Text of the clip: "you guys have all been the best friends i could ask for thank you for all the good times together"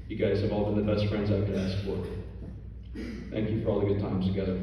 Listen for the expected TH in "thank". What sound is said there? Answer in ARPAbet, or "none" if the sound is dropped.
TH